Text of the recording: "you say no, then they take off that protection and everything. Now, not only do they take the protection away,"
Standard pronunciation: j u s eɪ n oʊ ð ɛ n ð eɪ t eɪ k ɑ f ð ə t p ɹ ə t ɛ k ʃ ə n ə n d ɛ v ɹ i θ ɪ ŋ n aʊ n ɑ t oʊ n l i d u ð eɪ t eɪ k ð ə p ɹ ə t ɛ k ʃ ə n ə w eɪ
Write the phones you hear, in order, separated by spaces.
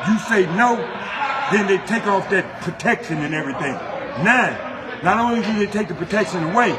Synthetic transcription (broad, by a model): j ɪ s eɪ n oʊ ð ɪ n ð eɪ t eɪ k ɑ f ð ə t p ɹ ə t ɛ k ʃ ə n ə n ɛ v ɹ i θ ɪ ŋ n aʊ n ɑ t oʊ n l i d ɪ ð eɪ t eɪ k ð ə p ɹ ə t ɛ k ʃ ə n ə w eɪ